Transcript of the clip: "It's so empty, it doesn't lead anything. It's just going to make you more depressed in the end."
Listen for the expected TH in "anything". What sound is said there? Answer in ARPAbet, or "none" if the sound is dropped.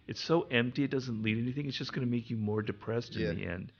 TH